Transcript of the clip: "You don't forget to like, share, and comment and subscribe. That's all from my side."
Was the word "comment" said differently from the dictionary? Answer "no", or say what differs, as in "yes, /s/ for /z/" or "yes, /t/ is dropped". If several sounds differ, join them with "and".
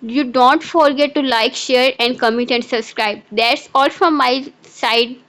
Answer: yes, /n/ is dropped